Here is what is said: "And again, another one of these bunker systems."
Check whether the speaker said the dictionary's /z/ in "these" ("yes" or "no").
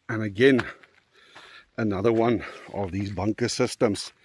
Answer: yes